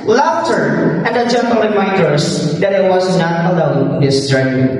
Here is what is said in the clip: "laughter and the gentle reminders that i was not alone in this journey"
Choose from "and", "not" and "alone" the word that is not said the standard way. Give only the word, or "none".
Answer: alone